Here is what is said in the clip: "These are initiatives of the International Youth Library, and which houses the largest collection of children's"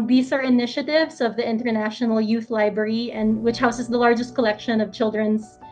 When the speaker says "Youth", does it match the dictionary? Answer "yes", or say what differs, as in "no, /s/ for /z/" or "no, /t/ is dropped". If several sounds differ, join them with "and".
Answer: yes